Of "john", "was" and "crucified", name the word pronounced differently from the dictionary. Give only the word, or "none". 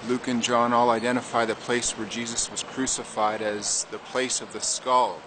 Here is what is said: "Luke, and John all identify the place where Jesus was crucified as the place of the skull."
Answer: none